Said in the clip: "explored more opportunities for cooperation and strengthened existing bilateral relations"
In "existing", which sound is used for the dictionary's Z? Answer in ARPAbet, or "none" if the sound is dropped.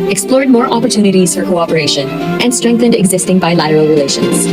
Z